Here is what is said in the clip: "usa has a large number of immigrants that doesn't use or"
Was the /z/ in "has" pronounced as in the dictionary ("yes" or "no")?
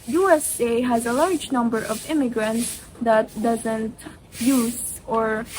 yes